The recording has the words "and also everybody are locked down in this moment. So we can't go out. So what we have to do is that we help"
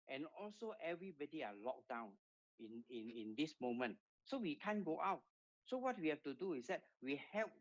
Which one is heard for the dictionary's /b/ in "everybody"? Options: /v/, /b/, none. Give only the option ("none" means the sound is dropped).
/b/